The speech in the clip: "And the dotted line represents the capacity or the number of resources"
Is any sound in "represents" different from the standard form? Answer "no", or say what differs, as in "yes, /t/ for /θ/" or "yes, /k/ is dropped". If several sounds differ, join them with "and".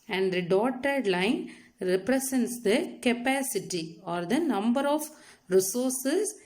yes, /s/ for /z/